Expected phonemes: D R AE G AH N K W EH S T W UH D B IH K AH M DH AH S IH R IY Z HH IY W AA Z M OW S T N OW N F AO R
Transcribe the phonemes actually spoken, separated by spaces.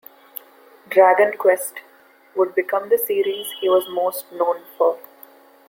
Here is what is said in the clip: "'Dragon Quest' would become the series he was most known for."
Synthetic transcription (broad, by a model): D R AE G AH N K W EH S T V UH D B IH K AH M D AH S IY R IY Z HH IY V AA Z M OW S T N OW N F AO R